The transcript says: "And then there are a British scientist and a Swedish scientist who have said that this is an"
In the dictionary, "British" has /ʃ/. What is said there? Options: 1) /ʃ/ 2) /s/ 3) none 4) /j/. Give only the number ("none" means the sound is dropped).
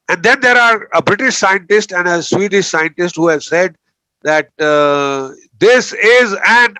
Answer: 1